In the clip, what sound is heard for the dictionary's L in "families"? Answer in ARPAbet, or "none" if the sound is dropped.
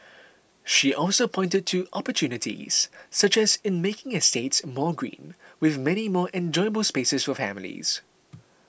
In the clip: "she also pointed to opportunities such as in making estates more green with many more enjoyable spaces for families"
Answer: L